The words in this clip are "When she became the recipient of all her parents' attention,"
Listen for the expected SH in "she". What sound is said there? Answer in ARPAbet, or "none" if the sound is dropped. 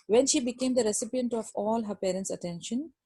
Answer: SH